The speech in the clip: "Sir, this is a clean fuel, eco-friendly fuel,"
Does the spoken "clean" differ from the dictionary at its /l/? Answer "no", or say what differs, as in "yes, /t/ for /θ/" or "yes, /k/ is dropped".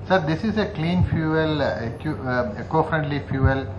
no